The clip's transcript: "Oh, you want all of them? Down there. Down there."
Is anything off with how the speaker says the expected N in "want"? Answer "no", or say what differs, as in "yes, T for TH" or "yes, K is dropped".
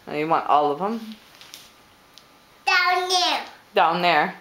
no